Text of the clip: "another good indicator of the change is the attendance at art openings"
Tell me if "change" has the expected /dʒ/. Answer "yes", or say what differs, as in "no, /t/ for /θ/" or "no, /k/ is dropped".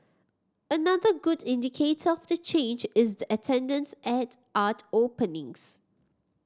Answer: yes